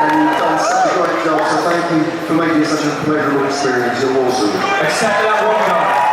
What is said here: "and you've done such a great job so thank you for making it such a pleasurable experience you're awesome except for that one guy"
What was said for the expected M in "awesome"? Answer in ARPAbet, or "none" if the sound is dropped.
none